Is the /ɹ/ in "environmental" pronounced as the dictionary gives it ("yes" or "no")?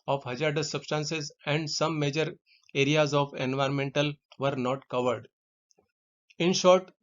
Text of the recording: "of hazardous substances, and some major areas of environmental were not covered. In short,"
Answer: yes